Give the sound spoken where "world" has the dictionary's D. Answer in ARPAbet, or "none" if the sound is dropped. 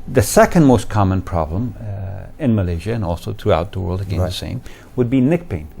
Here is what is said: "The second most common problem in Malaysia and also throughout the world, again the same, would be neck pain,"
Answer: D